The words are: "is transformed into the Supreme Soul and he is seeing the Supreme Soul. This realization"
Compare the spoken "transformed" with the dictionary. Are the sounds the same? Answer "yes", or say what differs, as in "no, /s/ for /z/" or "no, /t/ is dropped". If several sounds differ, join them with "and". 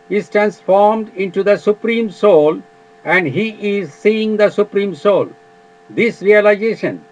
yes